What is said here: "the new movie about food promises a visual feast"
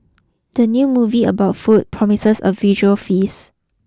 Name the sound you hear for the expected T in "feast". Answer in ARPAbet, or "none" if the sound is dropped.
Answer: none